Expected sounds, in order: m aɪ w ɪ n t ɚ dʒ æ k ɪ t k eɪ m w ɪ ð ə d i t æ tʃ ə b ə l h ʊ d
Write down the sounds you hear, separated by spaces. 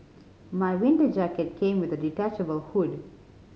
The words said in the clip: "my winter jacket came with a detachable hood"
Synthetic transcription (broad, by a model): m aɪ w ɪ n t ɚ dʒ æ k ɪ t k eɪ m w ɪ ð ə d i t æ tʃ ə b ə l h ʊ d